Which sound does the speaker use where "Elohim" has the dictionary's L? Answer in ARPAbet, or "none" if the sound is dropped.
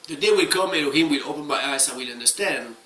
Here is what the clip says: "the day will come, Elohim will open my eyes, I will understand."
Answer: N